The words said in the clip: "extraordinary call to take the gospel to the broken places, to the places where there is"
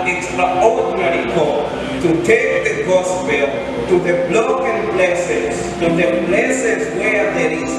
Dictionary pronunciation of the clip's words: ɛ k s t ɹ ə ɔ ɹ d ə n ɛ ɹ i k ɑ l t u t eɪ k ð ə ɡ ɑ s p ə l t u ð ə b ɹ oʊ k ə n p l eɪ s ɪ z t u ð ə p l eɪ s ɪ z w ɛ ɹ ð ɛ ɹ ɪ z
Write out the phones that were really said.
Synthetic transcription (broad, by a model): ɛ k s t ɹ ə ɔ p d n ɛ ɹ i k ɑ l t u t eɪ k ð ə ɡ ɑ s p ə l t u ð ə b l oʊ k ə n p l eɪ s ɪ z t u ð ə p l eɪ s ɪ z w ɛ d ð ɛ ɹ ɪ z